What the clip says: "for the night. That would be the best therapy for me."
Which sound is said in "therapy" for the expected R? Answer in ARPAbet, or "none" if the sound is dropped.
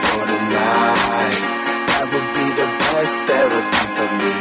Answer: W